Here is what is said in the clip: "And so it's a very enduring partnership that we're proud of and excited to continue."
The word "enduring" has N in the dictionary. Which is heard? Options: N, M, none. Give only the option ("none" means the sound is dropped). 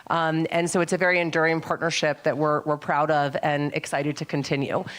N